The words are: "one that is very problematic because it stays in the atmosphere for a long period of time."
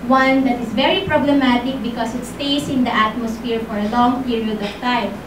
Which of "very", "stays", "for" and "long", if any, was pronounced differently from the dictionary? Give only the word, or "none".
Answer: stays